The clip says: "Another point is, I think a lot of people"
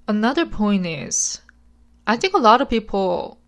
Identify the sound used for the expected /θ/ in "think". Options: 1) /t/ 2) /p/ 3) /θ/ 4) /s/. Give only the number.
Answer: 3